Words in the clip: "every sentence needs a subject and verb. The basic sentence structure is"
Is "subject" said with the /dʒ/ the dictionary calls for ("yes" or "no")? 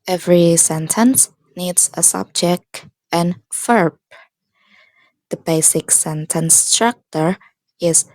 yes